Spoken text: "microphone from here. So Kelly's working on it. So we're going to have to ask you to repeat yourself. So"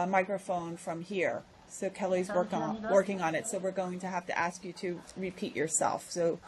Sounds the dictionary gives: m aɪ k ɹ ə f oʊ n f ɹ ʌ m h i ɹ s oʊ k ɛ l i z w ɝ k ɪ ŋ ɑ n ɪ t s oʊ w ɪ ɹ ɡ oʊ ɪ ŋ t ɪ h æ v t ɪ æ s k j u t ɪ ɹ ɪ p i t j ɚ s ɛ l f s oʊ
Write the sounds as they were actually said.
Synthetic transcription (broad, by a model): m aɪ k ɹ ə f oʊ n f ɹ ʌ m h i ɹ s oʊ k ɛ l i z w ɝ k ɪ ŋ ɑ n ɪ t s oʊ w ɪ ɹ ɡ oʊ ɪ ŋ t ɪ h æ f t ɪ æ s k j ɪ t ɪ ɹ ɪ p i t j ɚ s ɛ l f s oʊ